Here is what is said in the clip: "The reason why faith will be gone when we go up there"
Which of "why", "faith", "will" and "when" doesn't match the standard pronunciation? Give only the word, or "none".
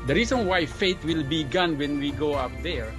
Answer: faith